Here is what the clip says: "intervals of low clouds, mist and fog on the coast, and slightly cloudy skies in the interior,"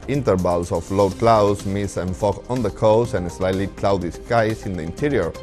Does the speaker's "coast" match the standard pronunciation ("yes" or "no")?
no